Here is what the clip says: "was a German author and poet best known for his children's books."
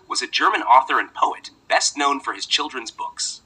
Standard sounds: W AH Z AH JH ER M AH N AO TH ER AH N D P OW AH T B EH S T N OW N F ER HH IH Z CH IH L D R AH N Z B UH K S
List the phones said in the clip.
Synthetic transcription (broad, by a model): W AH Z AH JH ER M AH N AO TH ER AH N P OW AH T B EH S T N OW N F ER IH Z CH IH L D R AH N Z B UH K S